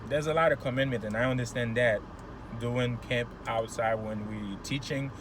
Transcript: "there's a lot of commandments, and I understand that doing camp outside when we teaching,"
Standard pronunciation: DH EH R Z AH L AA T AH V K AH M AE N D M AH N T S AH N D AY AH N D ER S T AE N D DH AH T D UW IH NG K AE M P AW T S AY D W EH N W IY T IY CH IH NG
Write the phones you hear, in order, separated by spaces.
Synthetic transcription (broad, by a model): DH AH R Z AH L AA T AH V K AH M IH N M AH N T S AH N AY AH N D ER S T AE N DH AH T D UW IH NG K AE M P AW T S AY D W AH N W IY T IY CH IH NG